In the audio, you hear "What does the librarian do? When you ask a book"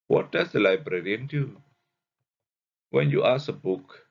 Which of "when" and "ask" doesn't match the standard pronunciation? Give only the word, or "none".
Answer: ask